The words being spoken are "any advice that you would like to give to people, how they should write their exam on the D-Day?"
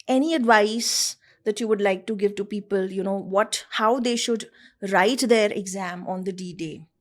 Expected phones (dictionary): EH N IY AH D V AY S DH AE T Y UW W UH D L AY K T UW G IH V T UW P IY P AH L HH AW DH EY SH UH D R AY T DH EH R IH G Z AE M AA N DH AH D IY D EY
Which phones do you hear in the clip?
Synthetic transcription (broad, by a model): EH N IY AH D V AY S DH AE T Y UW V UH D L AY K T UW G IH V T UW P IY P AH L HH AW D EY SH UH D R AY T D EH R IH G Z AE M AA N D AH D IY D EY